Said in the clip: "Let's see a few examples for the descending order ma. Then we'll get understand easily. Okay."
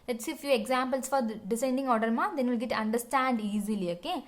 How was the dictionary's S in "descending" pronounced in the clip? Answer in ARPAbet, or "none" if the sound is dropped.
none